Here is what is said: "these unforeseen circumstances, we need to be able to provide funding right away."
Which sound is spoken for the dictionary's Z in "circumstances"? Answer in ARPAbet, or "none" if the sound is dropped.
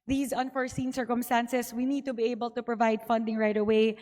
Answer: S